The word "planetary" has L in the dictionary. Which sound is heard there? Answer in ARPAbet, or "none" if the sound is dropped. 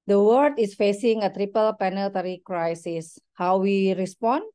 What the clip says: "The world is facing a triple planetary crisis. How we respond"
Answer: none